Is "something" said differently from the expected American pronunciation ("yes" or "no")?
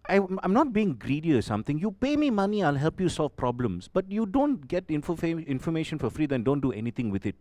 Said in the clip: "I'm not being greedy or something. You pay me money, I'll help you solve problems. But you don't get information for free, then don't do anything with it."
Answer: yes